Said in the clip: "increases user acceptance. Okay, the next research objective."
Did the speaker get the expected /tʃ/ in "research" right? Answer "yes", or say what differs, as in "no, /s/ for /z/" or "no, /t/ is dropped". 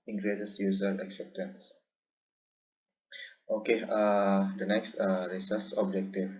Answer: no, /s/ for /tʃ/